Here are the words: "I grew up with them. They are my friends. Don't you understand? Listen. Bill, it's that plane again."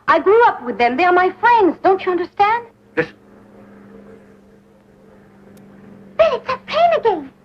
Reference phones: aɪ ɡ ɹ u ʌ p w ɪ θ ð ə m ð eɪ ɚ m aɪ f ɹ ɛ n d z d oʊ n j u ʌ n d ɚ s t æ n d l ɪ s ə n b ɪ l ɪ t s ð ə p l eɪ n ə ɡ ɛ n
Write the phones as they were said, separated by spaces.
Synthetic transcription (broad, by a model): aɪ ɡ ɹ u ʌ p w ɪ ð ə m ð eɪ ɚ m aɪ f ɹ ɛ n d z d oʊ n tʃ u ʌ n d ɚ s t æ n d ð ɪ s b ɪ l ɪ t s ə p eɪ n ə ɡ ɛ n